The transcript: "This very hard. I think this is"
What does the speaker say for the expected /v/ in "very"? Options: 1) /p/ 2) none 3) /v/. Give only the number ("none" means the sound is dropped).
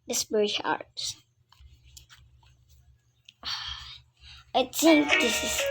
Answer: 1